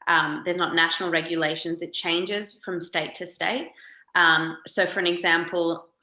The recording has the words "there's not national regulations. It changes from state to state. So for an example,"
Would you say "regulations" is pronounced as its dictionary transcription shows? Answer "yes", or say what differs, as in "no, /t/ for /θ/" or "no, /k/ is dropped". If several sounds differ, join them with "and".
yes